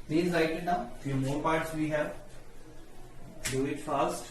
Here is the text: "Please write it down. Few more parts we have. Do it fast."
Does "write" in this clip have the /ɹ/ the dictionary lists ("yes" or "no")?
no